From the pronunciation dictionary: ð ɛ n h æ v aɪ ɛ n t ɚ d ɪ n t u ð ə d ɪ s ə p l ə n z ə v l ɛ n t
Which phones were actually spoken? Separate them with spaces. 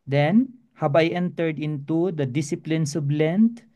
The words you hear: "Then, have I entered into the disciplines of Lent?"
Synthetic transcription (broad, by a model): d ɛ n h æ b aɪ ɛ n t ɚ d ɪ n t u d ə d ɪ s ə p l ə n s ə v l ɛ n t